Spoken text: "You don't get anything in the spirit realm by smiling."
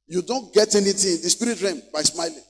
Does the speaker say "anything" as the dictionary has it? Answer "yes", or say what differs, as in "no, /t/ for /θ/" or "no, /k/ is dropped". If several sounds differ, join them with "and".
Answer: no, /t/ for /θ/